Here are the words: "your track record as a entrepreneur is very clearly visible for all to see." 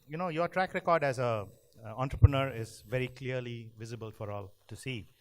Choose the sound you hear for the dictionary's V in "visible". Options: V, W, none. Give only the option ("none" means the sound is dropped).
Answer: V